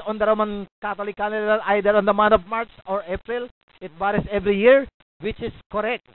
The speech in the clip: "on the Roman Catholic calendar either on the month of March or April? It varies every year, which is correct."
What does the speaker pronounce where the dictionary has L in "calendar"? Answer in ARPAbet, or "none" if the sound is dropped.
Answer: N